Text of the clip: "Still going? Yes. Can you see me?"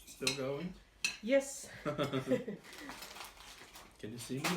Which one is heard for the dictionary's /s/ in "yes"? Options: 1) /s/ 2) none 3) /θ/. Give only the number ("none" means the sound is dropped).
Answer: 1